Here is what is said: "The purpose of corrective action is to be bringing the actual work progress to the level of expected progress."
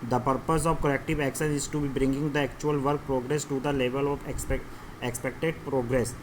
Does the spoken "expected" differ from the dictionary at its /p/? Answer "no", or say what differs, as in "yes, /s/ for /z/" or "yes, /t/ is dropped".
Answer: no